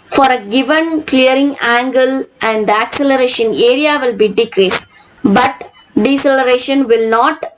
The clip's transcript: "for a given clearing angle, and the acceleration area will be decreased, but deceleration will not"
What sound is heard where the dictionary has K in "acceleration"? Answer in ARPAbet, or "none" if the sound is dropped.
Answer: K